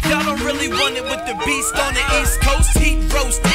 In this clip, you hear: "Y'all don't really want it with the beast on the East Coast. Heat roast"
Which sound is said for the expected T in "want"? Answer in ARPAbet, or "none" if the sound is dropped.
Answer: none